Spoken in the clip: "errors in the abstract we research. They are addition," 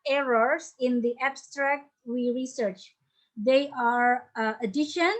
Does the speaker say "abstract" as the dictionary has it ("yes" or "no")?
yes